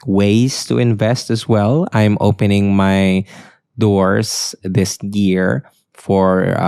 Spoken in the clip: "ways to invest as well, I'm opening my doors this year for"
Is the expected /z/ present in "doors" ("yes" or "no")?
no